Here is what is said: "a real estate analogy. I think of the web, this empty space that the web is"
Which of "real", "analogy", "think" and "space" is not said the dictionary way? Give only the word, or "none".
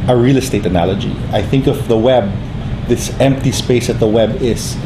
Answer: none